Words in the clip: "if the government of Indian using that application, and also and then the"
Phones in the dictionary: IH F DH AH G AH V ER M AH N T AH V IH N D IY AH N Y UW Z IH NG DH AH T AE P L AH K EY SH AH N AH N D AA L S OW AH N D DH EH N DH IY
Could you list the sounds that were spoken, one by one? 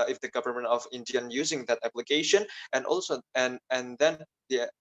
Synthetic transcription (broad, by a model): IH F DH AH G AH V ER M AH N T AH V IH N D IY AH N Y UW Z IH NG DH AH T AE P L AH K EY SH AH N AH N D AA L S OW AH N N DH EH N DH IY